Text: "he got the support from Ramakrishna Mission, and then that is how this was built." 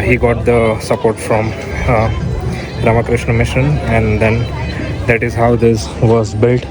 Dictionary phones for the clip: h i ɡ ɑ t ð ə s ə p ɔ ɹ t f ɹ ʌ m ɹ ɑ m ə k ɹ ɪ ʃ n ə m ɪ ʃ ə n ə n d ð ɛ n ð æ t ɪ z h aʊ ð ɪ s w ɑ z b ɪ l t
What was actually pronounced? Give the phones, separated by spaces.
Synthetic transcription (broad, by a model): h i ɡ ɑ t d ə s ə p ɔ ɹ t f ɹ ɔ m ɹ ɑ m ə k ɹ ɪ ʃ n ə m ɪ ʃ ə n ə n d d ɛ n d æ t ɪ z h aʊ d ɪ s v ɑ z b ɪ l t